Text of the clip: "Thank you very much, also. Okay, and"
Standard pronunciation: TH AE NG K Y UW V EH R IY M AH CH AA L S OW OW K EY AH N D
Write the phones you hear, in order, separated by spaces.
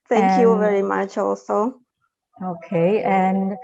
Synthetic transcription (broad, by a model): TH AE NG K Y UW V EH R IY M AH CH AA L S OW OW K EY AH N